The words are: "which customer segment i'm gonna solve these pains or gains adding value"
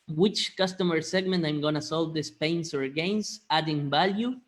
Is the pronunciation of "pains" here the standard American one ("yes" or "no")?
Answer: no